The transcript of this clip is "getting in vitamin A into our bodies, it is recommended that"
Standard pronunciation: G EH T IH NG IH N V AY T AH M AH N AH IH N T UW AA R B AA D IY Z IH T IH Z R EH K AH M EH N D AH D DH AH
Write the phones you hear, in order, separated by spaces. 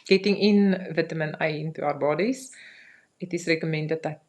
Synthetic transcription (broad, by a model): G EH T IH NG IH N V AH T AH M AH N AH IH N T UW AA R B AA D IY S IH T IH S R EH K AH M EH N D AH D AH